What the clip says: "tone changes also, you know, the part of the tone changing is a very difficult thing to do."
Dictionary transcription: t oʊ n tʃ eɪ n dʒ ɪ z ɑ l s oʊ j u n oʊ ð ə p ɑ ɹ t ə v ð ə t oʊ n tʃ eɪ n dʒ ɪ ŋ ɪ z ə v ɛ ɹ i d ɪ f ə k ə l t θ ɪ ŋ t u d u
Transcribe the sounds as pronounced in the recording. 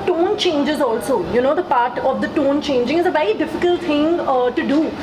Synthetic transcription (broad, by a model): t oʊ n tʃ eɪ n dʒ ɪ z ɑ l s oʊ j u n oʊ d ə p ɑ ɹ t ə v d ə t oʊ n tʃ eɪ n dʒ ɪ ŋ ɪ z ə v ɛ ɹ i d ɪ f ə k ə l t t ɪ ŋ t u d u